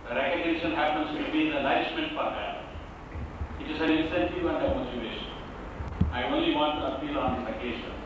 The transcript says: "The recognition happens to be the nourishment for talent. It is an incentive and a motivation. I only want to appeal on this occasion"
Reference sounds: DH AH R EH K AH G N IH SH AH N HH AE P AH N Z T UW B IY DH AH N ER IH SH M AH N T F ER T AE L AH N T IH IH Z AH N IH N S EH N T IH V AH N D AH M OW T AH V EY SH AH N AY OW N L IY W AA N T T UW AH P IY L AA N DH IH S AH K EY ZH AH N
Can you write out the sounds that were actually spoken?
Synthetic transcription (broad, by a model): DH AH R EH K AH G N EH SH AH N HH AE P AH N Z T UW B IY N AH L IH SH M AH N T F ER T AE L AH T IH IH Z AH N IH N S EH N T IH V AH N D AH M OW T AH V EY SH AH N AY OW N L IY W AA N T T UW AH P IY L AA N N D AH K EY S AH